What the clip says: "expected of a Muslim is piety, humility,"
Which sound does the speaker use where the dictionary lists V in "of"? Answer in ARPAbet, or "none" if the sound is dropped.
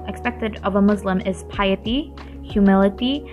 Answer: V